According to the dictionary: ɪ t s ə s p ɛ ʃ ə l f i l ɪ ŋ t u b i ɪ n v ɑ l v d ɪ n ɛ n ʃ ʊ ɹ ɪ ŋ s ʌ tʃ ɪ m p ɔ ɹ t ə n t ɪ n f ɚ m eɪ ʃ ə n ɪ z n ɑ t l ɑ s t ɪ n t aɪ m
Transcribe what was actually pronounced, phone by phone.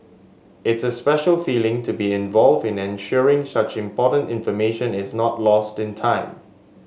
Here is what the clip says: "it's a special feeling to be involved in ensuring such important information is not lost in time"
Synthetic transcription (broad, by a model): ɪ t s ə s p ɛ ʃ ə l f i l ɪ ŋ t u b i ɪ n v ɑ l v d ɪ n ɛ n ʃ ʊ ɹ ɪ ŋ s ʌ tʃ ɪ m p ɔ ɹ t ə n t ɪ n f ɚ m eɪ ʃ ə n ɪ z n ɑ t l ɑ s t ɪ n t aɪ m